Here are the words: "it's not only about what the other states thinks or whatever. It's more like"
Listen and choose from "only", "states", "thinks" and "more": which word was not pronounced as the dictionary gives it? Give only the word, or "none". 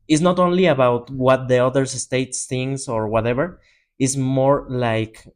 thinks